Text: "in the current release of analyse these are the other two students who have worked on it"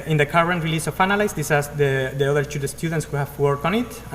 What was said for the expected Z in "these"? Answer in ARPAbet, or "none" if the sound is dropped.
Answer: S